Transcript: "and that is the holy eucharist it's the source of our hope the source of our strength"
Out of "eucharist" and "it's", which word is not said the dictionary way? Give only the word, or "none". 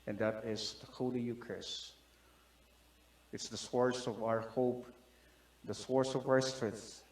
eucharist